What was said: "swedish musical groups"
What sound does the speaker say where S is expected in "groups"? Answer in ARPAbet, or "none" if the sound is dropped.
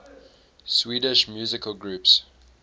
S